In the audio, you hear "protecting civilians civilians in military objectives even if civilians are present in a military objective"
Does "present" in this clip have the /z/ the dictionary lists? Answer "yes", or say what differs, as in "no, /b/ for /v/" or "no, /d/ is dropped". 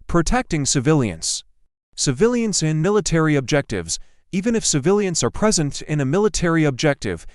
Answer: yes